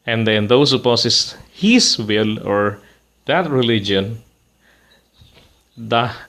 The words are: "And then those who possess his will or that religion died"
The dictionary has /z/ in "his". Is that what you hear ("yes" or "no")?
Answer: no